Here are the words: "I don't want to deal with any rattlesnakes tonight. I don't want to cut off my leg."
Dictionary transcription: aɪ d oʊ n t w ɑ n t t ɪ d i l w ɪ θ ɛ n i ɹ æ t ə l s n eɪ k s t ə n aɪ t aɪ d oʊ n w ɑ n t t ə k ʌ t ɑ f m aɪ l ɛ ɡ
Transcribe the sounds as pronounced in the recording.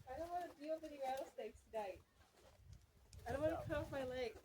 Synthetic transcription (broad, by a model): aɪ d oʊ n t w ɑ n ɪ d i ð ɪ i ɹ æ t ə s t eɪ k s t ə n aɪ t aɪ d oʊ n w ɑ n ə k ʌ ɑ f m aɪ l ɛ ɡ